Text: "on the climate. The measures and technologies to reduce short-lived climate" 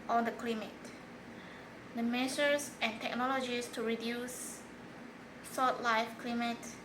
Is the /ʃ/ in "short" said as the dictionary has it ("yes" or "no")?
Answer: no